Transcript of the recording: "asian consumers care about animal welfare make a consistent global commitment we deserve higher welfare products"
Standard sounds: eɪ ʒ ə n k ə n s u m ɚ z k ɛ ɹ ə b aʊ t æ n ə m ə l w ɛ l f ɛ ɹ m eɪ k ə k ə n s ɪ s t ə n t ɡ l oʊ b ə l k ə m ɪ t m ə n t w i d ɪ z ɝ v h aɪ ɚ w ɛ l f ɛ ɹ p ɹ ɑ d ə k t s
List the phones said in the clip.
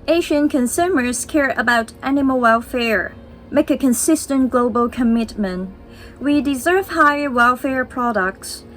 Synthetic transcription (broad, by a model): eɪ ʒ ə n k ə n s u m ɚ z k ɛ ɹ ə b aʊ t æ n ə m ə l w ɛ l f ɛ ɹ m eɪ k ə k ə n s ɪ s t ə n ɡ l oʊ b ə l k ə m ɪ t m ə n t w i d ɪ z ɝ v h aɪ ɚ w ɛ l f ɛ ɹ p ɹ ɑ d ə k t s